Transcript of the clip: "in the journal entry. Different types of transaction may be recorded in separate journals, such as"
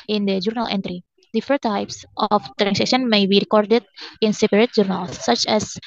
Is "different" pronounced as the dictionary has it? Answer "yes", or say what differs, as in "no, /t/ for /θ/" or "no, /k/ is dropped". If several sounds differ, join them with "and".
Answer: no, /ɹ/ is dropped and /n/ is dropped